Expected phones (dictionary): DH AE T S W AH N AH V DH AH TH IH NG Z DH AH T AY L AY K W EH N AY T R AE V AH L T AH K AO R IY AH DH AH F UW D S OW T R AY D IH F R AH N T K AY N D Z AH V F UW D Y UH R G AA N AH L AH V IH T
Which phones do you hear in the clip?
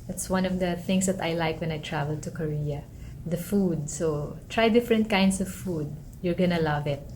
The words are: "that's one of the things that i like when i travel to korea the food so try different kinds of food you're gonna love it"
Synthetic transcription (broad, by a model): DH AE T S W AH N AH V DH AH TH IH NG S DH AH T AY L AY K W EH N AY T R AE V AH L T AH K AO R IY AH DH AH F UW D S OW T R AY D IH F R AH N T K AY N D S AH V F UW D Y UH R G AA N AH L AH V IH T